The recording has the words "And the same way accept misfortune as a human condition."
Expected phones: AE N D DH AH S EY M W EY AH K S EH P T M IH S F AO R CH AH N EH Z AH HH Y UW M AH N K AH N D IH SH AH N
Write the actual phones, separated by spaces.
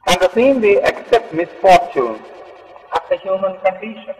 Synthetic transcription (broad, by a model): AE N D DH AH S EY M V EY AH K S EH P T M IH S F AO R CH AH N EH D AH HH Y UW M AH N K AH N D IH SH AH N